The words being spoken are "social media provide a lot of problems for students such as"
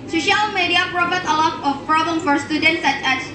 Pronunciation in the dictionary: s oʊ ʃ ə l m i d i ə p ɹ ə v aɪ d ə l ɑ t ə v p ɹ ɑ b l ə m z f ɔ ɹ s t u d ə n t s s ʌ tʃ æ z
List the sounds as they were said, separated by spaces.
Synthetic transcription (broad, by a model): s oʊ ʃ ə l m i d i ə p ɹ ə b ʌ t ə l ɑ t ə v p ɹ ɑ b l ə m f ɔ ɹ s t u d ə n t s s ʌ tʃ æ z